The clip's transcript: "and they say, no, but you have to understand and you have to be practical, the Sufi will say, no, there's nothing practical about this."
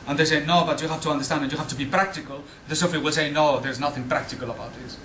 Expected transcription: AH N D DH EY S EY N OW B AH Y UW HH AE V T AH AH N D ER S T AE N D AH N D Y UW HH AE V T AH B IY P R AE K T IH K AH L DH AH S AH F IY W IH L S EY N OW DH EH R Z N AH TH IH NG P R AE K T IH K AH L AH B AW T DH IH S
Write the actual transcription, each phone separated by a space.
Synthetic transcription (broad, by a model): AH N DH EY S EY N OW B AH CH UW HH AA F T AH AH N D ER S T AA N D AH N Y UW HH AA F T AH B IY P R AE K T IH K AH L DH AH S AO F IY W IH L S EY N OW DH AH R Z N AH TH IH NG P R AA K T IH K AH L AH B AW T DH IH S